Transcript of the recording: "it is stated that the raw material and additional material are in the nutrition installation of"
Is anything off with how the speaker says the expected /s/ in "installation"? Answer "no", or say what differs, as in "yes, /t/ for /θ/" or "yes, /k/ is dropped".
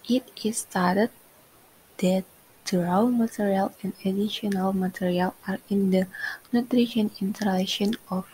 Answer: yes, /s/ is dropped